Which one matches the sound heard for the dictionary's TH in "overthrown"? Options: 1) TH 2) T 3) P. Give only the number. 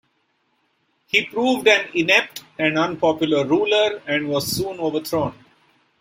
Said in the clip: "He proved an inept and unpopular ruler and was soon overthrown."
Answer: 2